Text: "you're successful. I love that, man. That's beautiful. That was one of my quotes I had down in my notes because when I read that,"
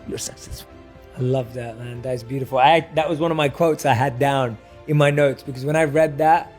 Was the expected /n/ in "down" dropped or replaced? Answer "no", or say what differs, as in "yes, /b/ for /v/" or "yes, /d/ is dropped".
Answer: no